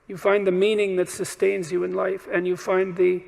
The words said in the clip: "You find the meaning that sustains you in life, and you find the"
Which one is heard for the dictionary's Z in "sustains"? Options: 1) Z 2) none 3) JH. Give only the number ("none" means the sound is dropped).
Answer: 1